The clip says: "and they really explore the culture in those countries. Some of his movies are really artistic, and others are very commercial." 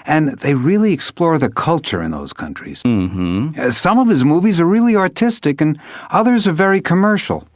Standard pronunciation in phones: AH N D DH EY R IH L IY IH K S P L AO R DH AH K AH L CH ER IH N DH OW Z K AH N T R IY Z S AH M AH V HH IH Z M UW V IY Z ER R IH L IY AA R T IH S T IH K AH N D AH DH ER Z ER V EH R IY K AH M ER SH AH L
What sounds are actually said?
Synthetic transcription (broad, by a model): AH N DH EY R IH L IY IH K S P L AO R DH AH K AH L CH ER IH N DH OW Z K AH N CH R IY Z S AH M AH V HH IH Z M UW V IY Z ER R IH L IY AA R T IH S T IH K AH N AH DH ER Z ER V EH R IY K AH M ER SH L